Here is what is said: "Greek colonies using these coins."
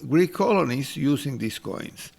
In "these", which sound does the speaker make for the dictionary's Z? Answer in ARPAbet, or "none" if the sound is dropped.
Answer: S